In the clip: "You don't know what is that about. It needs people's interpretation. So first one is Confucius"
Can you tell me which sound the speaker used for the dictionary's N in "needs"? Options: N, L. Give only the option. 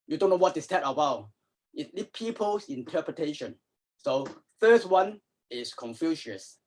L